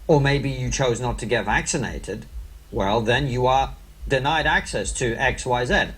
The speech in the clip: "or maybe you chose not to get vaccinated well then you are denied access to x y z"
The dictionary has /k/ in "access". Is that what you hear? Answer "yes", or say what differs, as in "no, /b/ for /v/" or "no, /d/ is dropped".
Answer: yes